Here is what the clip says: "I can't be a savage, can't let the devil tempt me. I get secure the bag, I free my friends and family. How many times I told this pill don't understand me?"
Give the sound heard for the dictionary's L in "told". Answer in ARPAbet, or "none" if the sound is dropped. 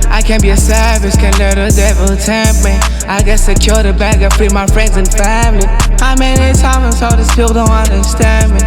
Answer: none